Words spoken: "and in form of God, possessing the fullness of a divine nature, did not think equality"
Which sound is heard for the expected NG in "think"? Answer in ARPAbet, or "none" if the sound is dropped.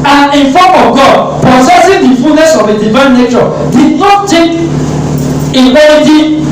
none